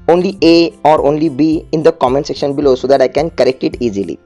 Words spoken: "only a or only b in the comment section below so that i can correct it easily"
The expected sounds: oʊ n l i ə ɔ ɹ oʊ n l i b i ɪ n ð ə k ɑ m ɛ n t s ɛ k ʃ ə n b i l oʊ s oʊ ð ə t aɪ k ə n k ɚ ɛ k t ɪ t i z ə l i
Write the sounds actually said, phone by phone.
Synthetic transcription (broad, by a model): oʊ n l i ə ɔ ɹ oʊ n l i b i ɪ n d ə k ɑ m ɛ n t s ɛ k ʃ ə n b i l oʊ s oʊ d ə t aɪ k ə n k ɚ ɛ k t ɪ t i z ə l i